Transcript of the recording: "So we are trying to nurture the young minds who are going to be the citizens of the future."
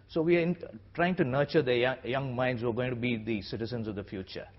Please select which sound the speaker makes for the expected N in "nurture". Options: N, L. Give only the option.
N